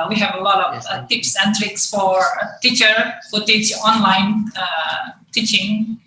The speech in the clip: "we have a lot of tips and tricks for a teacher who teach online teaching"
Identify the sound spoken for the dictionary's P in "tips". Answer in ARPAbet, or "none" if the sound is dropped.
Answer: P